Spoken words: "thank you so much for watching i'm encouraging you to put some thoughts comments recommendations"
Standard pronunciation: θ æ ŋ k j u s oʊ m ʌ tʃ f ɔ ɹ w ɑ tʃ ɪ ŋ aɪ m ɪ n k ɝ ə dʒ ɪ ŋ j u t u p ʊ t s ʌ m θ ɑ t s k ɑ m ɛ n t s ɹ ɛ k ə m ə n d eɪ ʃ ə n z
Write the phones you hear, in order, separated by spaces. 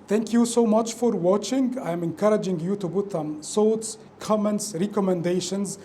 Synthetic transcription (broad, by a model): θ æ ŋ k j u s oʊ m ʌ tʃ f ɔ ɹ w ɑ tʃ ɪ ŋ aɪ m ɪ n k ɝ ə dʒ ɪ ŋ j u t u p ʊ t s ʌ m s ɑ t s k ɑ m ɛ n t s ɹ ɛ k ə m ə n d eɪ ʃ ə n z